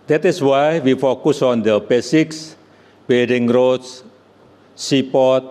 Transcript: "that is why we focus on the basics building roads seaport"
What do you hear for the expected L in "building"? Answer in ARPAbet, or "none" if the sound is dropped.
none